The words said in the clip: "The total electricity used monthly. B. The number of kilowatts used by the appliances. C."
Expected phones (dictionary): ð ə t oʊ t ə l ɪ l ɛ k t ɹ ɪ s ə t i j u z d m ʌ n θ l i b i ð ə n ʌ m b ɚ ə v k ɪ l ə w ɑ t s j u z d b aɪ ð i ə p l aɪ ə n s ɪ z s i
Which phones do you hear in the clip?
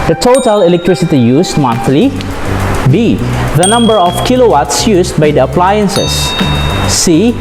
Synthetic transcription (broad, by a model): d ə t oʊ t ə l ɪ l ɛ k t ɹ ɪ s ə t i j u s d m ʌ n t l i b i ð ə n ʌ m b ɚ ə f k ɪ l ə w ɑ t s j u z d b aɪ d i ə p l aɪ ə n s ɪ s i